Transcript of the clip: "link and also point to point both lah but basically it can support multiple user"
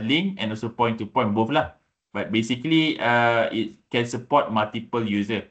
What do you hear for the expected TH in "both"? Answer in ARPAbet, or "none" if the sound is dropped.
F